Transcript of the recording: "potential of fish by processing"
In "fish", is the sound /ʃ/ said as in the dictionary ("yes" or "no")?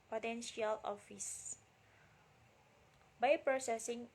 no